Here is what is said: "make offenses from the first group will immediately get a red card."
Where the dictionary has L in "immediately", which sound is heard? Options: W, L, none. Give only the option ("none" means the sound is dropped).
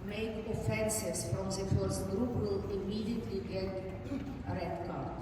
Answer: L